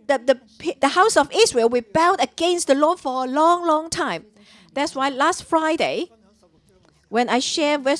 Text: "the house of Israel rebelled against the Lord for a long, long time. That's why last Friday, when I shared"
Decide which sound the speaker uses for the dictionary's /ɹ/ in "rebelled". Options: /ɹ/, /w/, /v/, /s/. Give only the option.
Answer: /w/